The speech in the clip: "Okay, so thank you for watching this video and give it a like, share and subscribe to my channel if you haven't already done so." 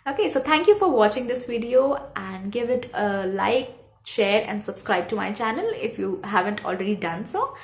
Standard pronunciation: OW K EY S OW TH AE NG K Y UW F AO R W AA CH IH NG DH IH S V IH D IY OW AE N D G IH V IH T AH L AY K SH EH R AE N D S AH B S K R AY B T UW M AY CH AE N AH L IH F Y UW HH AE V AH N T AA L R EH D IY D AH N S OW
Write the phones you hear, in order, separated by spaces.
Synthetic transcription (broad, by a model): OW K EY S OW T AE NG K Y UW F AO R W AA CH IH NG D IH S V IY D IY OW AE N D G IH V IH T AH L AY K SH EH R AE N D S AH B S K R AY B T UW M AY CH AE N AH L IH F Y UW HH AE V AH N T AA L R EH D IY D AH N S OW